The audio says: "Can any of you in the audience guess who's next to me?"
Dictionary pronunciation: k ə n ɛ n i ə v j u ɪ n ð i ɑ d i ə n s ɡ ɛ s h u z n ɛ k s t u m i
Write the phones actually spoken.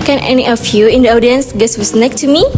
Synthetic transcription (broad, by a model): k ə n ɛ n i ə f j u ɪ n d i ɑ d i ə n s ɡ ɛ s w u s n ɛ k t u m i